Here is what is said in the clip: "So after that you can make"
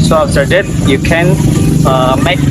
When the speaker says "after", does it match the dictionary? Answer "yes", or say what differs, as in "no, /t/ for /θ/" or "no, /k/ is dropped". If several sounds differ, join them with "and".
no, /s/ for /t/